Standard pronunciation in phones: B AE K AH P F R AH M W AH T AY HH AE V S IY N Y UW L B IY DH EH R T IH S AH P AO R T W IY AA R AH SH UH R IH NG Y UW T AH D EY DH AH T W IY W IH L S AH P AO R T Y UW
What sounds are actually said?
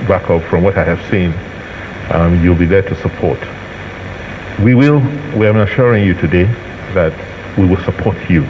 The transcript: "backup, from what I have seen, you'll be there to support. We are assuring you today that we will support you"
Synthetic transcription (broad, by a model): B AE K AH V F R AH M W AH T AY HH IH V S IY N Y UW L B IY DH EH R T IH S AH P AO R T W IY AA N AH SH UH R IH NG Y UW T AH D EY DH AH T W IY W IH L S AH P AO R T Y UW